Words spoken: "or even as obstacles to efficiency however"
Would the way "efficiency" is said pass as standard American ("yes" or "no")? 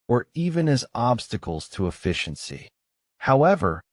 yes